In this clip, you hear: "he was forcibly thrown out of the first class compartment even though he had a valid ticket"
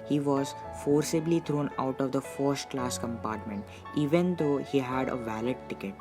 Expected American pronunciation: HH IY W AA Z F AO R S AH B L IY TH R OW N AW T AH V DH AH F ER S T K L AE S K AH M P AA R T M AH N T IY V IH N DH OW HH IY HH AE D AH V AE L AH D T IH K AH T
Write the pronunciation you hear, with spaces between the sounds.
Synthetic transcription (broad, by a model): HH IY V AA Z F AO R S AH B L IY T R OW N AW T AH V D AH F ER S T K L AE S K AH M P AA R T M AH N T IY V IH N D OW HH IY HH AE D AH V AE L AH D T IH K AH T